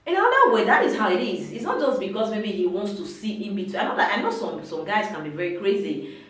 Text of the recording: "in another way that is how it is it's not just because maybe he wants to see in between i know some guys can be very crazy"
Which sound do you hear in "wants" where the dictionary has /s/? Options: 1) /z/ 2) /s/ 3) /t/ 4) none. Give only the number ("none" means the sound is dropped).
2